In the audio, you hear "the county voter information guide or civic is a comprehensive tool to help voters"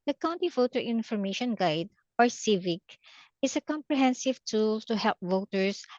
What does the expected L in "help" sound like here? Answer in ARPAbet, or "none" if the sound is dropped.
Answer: L